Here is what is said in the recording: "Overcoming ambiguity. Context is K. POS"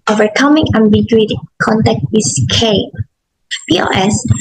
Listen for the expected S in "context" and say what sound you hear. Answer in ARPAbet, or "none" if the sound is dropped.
none